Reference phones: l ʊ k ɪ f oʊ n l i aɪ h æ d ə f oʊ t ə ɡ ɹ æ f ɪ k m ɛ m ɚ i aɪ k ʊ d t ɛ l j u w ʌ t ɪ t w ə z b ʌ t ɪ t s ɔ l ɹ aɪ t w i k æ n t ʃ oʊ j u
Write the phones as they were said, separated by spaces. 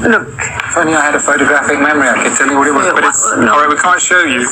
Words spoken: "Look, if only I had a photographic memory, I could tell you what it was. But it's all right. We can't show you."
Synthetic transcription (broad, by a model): l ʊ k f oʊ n i aɪ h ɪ d ə f oʊ t ə ɡ ɹ æ f ɪ k m ɛ m ɚ i aɪ k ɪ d t ɛ l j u w ʌ t ɪ t w ə z b ʌ t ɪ t s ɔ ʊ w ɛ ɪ w i k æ n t ʃ oʊ j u